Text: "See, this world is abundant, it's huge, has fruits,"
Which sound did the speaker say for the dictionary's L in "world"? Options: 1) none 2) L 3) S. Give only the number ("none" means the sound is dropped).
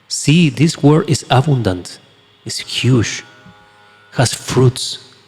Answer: 1